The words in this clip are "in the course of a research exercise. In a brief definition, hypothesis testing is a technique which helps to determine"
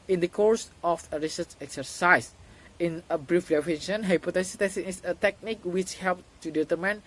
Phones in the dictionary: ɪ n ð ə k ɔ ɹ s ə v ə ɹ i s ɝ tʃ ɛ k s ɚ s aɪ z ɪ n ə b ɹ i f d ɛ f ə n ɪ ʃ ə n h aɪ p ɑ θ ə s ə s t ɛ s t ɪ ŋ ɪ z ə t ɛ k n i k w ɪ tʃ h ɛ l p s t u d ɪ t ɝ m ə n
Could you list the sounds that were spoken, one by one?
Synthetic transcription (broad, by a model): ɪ n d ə k ɔ ɹ s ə f ə ɹ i s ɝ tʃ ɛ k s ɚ s aɪ s ɪ n ə b ɹ i f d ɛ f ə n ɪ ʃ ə n h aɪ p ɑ t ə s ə t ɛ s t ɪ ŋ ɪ s ə t ɛ k n i k w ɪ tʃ h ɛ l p t u d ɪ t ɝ m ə n